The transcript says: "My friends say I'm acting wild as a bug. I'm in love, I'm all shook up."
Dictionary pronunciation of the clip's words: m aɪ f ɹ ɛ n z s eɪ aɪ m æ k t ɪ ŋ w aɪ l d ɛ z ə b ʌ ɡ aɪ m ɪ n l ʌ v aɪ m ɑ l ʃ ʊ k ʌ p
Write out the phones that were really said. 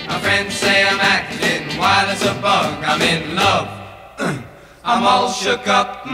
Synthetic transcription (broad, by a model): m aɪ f ɹ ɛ n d s eɪ aɪ m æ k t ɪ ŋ w aɪ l ɪ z ə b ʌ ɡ aɪ m ɪ n l ʌ v aɪ m ɑ l ʃ ʊ k ʌ p